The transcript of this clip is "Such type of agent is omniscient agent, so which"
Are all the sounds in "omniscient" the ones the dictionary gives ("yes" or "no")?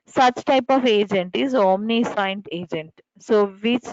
no